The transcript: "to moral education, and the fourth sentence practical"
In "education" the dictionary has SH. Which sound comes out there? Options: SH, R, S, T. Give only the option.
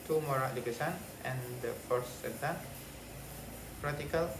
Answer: S